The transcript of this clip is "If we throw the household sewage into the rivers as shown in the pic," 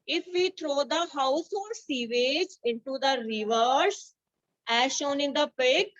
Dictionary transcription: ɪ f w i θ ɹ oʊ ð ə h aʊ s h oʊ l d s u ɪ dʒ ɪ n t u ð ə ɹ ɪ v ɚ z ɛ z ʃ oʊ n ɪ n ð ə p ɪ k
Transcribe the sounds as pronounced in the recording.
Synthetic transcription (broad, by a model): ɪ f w i t ɹ oʊ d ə h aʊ s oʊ d s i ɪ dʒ ɪ n t u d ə ɹ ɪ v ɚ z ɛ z ʃ oʊ n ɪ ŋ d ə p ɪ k